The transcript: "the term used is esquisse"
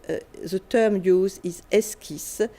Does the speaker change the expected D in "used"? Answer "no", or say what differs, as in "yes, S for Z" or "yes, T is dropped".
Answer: yes, D is dropped